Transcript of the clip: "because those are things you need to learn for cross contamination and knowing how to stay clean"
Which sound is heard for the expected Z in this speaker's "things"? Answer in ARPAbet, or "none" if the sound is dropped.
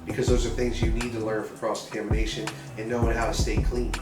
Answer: Z